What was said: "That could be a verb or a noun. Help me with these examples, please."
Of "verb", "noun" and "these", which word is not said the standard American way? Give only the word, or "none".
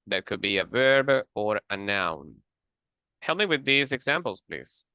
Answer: none